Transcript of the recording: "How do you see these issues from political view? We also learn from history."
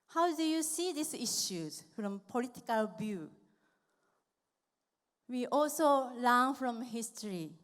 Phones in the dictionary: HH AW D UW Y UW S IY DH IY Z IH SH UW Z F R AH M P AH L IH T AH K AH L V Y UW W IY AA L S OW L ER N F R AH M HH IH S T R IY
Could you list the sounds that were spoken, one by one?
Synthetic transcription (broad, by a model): HH AW D UW Y UW S IY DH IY S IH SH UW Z F R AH M P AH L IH T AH K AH L B Y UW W IY AA L S OW L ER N F R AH M HH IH S T R IY